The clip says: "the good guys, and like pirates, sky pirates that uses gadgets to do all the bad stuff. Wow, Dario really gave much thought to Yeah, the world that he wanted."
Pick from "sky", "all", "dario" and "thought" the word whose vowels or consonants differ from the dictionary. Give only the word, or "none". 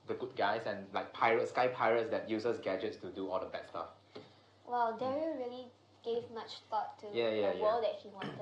thought